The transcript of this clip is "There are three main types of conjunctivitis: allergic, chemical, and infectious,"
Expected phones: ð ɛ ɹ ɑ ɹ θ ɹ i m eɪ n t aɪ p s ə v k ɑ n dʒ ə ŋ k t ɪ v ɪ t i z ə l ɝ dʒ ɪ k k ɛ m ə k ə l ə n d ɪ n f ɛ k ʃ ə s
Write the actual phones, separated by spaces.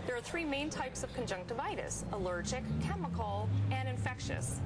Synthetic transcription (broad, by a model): ð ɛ ɹ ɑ ɹ θ ɹ i m eɪ n t aɪ p s ə v k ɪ n dʒ ə ŋ k t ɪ v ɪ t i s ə l ɝ dʒ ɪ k k ɛ m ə k l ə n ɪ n f ɛ k ʃ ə s